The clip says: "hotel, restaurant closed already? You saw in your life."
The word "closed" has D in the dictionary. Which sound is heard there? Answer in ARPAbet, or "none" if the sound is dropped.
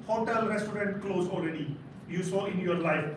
none